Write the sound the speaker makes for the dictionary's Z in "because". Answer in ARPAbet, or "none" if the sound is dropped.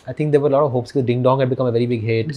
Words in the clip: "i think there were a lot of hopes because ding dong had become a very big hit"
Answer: none